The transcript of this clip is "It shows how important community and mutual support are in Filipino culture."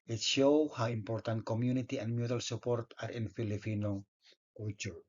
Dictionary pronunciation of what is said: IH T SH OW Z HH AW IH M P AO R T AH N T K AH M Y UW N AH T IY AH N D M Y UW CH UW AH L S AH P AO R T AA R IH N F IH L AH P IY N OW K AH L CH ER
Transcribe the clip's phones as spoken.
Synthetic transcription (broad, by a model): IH T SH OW HH AW IH M P AO R T AH N T K AH M Y UW N AH T IY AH N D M Y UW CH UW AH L S AH P AO R T AA R IH N F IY L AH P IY N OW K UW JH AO